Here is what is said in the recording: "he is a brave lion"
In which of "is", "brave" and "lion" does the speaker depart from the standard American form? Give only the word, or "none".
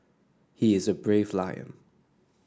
none